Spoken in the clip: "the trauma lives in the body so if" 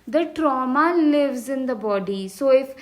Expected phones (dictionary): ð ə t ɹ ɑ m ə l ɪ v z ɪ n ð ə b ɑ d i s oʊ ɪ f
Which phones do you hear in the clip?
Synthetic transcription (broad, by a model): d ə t ɹ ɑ m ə l ɪ v z ɪ n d ə b ɑ d i s oʊ ɪ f